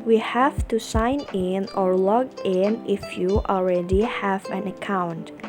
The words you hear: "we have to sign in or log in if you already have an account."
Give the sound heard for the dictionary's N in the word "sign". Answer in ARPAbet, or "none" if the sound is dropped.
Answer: N